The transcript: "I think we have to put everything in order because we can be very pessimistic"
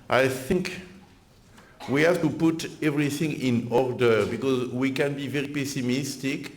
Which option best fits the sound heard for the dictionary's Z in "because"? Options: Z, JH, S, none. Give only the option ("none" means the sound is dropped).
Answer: Z